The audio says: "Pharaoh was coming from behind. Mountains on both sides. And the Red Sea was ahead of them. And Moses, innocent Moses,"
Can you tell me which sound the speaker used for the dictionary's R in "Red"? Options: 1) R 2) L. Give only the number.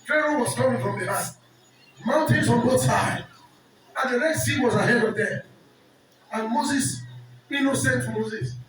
2